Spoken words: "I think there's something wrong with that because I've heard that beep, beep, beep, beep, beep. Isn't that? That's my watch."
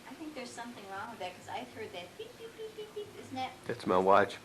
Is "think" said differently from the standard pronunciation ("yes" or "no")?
no